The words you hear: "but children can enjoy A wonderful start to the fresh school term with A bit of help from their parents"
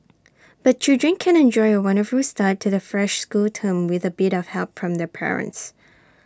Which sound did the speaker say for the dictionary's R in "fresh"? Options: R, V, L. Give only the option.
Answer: R